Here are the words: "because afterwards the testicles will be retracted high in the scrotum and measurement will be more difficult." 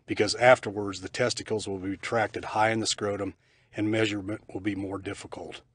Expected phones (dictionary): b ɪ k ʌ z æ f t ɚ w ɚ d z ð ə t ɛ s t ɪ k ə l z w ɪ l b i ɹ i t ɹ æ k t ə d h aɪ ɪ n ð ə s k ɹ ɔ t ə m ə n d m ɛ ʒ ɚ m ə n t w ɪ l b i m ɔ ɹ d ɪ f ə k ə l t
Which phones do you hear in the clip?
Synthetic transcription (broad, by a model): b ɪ k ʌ z æ f t ɚ w ɚ d z ð ə t ɛ s t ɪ k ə l z w ɪ l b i i t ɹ æ k t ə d h aɪ ɪ n ð ə s k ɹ ɔ t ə m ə n m ɛ ʒ ɚ m ə n t w ɪ l b i m ɔ ɹ d ɪ f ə k l t